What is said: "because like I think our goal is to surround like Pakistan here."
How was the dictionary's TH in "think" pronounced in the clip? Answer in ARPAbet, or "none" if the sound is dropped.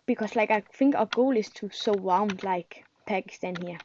F